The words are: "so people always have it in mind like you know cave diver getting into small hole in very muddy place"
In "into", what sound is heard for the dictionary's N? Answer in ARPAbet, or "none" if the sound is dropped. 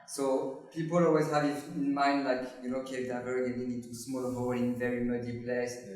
none